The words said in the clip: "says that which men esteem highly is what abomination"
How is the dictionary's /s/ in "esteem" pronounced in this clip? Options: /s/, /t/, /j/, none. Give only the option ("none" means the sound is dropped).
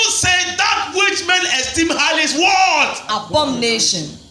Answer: /s/